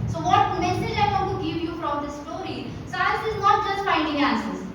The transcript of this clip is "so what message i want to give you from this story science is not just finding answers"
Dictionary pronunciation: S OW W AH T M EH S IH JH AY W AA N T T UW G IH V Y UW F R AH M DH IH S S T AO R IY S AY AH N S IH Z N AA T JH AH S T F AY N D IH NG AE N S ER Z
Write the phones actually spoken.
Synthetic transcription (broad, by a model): S OW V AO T M EH S IH JH AY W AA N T T UW G IH V Y UW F R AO M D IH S S T AO R IY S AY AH S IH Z N AA T JH AH S T F AY N D IH NG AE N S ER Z